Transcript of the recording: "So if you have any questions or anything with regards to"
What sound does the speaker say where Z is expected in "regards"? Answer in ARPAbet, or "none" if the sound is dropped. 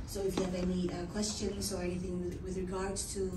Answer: none